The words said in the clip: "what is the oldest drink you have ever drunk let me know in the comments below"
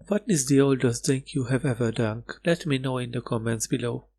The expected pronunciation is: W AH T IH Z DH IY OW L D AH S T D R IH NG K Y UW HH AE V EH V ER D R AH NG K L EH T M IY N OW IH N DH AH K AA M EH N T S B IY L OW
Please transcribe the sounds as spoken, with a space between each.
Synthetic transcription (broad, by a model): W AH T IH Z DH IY OW L D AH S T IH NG K Y UW HH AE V EH V ER D AH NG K L EH T M IY N OW IH N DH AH K AA M EH N T S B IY L OW